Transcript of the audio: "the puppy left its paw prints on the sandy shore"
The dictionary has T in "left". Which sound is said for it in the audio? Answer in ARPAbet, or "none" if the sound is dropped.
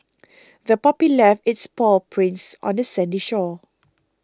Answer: none